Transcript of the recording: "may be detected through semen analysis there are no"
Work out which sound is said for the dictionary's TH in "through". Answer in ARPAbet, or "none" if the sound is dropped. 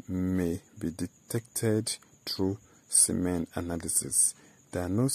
T